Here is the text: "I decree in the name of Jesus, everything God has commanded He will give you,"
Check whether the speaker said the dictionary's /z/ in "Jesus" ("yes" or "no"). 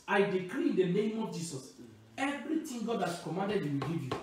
no